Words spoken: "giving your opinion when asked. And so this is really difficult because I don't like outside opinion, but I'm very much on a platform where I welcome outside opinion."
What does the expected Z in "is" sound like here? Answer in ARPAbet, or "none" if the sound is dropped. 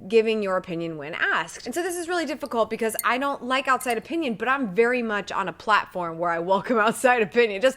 Z